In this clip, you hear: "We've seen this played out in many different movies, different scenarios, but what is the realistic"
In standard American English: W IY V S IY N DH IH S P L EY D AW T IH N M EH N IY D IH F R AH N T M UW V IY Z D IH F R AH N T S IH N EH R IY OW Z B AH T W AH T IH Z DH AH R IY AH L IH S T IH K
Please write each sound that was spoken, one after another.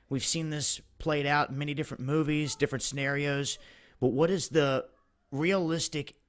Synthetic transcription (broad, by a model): W IY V S IY N DH IH S P L EY D AW T M EH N IY D IH F R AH N M UW V IY Z D IH F R AH N T S IH N EH R IY OW Z B AH T W AH T IH Z DH AH R IY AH L IH S T IH K